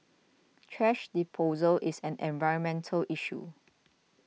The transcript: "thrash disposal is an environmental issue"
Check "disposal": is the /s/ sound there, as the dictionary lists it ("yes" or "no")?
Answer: no